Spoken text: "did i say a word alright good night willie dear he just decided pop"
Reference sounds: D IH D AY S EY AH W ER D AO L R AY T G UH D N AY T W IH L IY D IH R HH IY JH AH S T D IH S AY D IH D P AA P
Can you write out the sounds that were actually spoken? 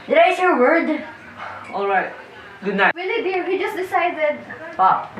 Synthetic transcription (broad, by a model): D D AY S AH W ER D AO L R AY T G UH D N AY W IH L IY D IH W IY JH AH S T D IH S AY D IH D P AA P